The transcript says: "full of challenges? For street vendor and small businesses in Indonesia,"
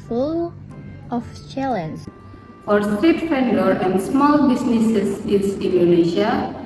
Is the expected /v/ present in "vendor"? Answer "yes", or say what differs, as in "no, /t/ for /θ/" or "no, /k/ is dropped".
no, /f/ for /v/